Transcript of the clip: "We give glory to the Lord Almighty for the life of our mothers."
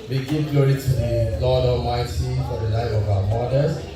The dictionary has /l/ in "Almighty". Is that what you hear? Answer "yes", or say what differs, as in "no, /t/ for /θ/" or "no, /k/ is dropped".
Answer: no, /l/ is dropped